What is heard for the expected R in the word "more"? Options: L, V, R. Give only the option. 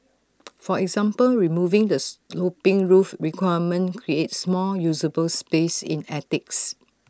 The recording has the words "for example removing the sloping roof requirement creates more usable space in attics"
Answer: L